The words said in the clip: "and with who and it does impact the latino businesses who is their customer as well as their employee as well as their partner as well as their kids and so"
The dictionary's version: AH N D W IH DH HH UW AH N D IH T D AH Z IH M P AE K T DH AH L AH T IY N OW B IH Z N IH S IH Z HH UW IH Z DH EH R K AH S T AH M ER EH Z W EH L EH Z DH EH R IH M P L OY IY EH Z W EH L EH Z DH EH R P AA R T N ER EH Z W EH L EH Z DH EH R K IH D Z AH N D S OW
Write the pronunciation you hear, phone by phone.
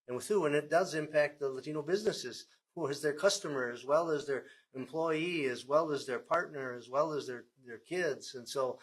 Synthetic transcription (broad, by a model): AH N W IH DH HH UW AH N IH T D AH Z IH M P AE K T DH AH L AH T IY N OW B IH Z N IH S IH Z HH UW IH Z DH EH R K AH S T AH M ER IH Z W EH L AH Z DH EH R IH M P L OY IY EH Z W EH L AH Z DH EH R P AA R T N ER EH Z W EH L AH Z DH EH R K IH D Z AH N S OW